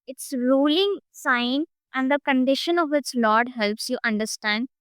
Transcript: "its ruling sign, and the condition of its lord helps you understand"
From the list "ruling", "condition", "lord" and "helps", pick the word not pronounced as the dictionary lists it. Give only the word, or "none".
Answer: none